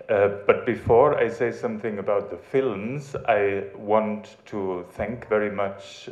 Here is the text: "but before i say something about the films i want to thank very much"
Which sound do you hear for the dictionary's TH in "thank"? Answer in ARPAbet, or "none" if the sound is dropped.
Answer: TH